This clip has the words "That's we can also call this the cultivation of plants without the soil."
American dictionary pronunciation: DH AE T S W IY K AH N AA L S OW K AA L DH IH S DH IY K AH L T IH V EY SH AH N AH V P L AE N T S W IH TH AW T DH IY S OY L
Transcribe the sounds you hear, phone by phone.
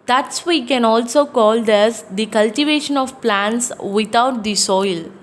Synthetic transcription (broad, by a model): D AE T S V IY K AH N AA L S OW K AA L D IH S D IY K AH L T IH V EY SH AH N AH V P L AE N T S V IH T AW T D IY S OY L